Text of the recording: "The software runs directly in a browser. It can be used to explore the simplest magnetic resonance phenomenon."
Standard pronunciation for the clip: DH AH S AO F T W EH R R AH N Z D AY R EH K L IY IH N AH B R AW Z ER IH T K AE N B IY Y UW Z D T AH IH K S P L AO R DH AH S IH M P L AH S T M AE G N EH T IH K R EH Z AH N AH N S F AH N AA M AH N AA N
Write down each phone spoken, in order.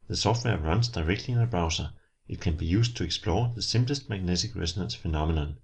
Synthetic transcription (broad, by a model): DH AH S AO F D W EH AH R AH N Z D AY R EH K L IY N AH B R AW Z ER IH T K AE N B IY Y UW S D S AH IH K S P L AO DH AH S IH M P L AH S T M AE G N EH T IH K R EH S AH N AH N S F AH N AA M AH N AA N